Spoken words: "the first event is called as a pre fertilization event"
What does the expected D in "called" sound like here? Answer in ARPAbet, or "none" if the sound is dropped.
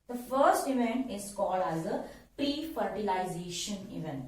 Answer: D